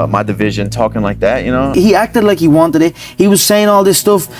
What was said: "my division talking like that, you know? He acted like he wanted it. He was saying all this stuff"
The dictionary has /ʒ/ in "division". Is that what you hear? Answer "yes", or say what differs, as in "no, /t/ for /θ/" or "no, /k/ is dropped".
yes